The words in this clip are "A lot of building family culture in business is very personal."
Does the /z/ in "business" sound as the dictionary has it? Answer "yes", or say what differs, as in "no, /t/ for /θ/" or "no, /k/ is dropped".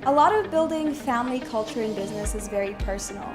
yes